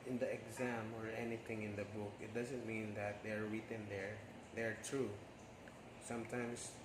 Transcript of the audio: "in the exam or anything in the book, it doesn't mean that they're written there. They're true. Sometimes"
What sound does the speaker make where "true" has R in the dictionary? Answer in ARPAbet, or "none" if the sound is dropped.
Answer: R